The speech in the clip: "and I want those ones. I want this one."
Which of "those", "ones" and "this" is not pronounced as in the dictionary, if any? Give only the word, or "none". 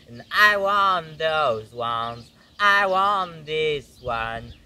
none